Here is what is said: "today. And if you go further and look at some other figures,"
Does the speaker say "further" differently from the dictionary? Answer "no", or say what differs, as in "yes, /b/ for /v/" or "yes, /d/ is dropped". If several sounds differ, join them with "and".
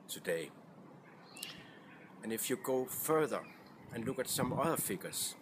no